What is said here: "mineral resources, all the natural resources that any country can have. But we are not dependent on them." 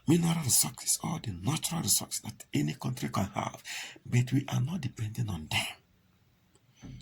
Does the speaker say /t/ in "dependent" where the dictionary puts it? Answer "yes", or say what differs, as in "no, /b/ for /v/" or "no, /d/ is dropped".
no, /t/ is dropped